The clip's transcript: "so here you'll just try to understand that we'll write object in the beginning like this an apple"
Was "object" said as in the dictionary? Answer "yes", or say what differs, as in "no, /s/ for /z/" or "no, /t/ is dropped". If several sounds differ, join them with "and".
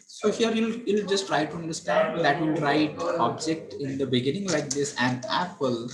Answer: yes